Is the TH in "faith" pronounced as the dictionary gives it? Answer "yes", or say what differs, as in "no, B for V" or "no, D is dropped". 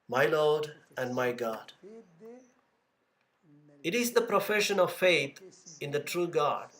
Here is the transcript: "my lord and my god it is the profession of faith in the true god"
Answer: no, T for TH